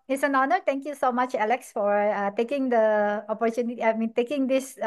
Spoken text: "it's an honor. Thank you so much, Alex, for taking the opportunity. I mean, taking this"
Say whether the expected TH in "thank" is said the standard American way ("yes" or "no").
no